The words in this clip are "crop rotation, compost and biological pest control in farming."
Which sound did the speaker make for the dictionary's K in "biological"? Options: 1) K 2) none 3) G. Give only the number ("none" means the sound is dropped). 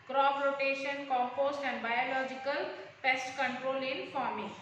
1